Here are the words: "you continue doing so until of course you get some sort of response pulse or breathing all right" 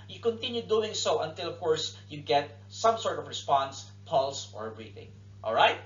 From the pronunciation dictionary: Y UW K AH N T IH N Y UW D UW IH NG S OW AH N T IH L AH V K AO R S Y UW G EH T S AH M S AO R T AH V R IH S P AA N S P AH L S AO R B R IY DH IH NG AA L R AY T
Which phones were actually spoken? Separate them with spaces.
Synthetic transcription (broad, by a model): Y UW K AH N T IH N Y UW D UW IH NG S OW AH N T IH L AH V K AO R S Y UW G EH T S AH M S AO R T AH V R IH S P AA N S P AH L S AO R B R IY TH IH NG AA L R AY T